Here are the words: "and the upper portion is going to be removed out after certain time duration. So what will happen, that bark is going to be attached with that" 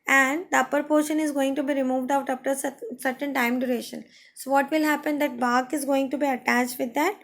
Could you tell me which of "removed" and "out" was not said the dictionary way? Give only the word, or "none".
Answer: none